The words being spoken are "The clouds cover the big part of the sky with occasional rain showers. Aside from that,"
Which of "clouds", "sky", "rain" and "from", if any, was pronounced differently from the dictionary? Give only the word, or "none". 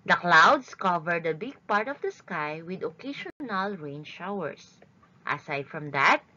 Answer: clouds